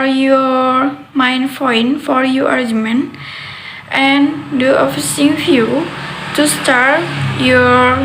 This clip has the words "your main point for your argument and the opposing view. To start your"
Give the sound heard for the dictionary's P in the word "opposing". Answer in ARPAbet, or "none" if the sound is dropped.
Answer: F